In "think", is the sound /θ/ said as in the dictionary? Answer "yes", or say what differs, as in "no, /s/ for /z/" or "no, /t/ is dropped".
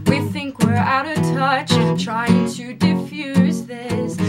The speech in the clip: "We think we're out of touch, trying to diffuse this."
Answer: yes